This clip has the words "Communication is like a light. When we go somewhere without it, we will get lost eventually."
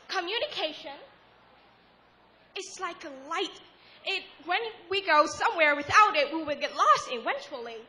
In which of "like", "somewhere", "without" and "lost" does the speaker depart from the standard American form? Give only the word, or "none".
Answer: none